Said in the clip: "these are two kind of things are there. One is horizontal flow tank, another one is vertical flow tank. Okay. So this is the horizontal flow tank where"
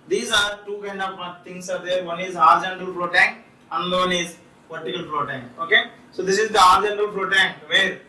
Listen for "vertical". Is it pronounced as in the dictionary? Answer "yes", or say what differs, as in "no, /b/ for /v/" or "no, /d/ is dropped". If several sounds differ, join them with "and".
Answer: no, /p/ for /v/